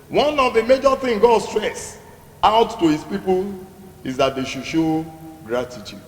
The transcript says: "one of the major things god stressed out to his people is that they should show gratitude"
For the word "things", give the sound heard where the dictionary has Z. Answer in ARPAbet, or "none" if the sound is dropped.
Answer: none